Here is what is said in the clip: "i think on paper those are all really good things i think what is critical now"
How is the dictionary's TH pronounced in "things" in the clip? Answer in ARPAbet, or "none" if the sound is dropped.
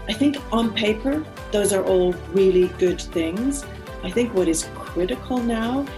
TH